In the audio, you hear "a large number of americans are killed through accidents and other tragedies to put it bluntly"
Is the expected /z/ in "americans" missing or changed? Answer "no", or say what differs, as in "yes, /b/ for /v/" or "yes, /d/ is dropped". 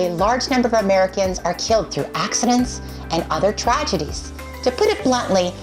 no